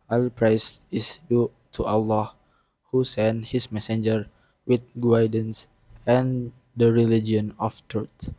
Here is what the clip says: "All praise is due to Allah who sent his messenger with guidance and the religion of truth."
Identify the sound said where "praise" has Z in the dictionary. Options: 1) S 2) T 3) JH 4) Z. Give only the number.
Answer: 1